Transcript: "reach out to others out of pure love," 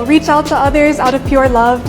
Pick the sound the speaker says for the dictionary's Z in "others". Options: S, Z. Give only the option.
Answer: Z